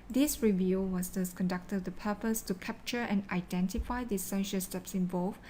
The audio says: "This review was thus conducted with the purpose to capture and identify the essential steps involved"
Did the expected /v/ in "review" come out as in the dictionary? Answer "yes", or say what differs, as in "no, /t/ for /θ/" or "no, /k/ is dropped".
yes